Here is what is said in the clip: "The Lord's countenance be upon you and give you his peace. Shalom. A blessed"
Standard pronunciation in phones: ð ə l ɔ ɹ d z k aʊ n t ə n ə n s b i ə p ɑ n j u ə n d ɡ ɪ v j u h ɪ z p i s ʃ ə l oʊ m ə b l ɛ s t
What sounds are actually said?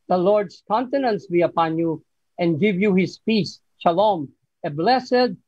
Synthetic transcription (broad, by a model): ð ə l ɔ ɹ d s k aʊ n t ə n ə n s b i ə p ɑ n j u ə n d ɡ ɪ v j u h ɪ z p i s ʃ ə l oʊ m ə b l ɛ s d